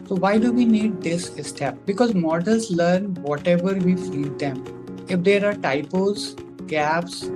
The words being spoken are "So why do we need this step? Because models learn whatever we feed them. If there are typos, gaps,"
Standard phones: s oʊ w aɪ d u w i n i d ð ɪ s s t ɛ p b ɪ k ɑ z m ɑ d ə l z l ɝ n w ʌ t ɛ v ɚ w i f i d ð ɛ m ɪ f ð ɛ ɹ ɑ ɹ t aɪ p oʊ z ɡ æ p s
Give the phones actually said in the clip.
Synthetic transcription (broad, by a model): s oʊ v aɪ d u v i n i d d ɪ s s t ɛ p b ɪ k ɑ z m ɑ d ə l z l ɝ n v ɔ t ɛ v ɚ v i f i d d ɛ m ɪ f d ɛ ɹ ɑ ɹ t aɪ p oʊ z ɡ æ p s